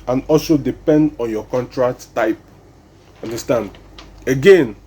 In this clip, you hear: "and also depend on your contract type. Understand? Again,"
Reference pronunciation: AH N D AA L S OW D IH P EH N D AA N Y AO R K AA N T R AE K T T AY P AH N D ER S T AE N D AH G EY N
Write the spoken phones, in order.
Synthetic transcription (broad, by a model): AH N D AA L S OW D IH P EH N D AA N Y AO K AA N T R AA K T T AY P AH N D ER S T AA N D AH G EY N